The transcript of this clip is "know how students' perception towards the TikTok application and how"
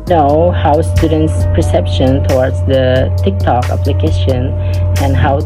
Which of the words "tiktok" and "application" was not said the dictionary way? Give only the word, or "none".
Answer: none